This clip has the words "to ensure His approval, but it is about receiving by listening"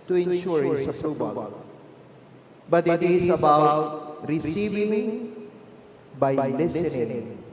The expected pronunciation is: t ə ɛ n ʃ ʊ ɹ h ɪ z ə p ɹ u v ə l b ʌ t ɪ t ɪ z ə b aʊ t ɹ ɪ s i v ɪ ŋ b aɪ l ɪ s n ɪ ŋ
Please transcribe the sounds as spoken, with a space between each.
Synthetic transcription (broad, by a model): t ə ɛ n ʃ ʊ ɹ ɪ s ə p ɹ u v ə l b ʌ t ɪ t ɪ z ə b aʊ t ɹ ɪ s i v ɪ ŋ b aɪ l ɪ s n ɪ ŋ